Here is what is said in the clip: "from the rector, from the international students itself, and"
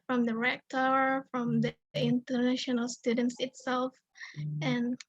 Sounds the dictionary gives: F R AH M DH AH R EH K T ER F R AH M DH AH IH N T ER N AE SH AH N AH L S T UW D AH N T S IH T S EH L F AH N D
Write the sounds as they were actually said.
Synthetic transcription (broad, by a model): F R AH M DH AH R EH K T ER F R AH M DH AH IH N T ER N AE SH AH N AH L S T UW D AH N T S IH T S EH L F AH N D